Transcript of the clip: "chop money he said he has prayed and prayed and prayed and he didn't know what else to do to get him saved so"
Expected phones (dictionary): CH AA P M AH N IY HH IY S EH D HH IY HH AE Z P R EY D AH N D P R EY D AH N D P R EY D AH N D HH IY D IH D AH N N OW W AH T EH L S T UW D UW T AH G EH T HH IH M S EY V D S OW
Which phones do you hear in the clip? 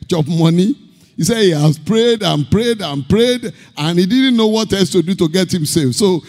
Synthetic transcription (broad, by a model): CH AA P M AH N IY HH IY S EH D HH IY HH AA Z P R EY D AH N P R EY D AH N P R EY D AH N HH IY D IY D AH N N OW W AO T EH S T UW D UW T AH G EH T HH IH M S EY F S OW